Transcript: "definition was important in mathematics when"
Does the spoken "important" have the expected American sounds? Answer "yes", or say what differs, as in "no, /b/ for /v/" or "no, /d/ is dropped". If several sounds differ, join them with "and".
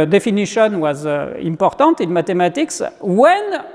no, /n/ is dropped